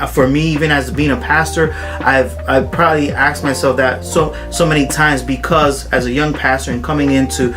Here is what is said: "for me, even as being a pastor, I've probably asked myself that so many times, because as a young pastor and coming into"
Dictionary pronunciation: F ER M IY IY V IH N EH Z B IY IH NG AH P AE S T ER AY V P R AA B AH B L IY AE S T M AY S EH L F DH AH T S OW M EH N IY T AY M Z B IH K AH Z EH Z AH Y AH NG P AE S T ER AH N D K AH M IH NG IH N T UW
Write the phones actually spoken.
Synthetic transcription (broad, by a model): F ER M IY IY V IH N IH Z B IY IH NG AH P AE S T ER AY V P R AA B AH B L IY AE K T M AY S EH L F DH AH T S OW M EH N IY T AY M Z B IH K AH Z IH Z AH Y AH NG P AE S T ER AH N K AH M IH NG IH N T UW